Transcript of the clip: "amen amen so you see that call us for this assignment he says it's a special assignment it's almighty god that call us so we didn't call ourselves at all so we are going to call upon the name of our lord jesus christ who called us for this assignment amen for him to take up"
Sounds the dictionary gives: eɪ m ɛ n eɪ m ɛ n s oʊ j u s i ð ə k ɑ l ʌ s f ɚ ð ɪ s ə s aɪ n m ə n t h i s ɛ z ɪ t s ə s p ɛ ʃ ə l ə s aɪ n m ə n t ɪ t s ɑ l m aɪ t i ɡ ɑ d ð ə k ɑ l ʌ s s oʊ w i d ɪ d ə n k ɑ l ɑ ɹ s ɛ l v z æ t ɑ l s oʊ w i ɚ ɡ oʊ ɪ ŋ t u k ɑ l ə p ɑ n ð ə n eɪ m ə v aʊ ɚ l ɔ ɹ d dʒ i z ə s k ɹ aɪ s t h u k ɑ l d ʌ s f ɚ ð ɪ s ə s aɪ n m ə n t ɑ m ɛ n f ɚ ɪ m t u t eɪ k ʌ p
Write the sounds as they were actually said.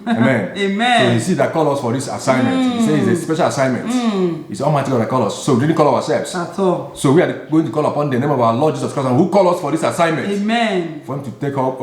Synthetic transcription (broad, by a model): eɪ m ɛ n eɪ m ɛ s oʊ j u s i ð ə k ɑ l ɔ s f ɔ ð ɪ s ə s aɪ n m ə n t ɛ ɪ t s ə s p ɛ ʃ ə l ə s aɪ n m ə n t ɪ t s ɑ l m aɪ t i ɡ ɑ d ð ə k ɑ l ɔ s s oʊ w i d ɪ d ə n k ɑ l ɑ w s ɛ l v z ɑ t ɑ s oʊ w i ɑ ɡ oʊ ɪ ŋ t u k ɑ l ə p ɑ n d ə n eɪ m ə v aʊ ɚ l ɔ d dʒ i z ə s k ɹ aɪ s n h u k ɑ l ʌ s f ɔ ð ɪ s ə s aɪ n m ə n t m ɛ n f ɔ ɪ m t u t eɪ k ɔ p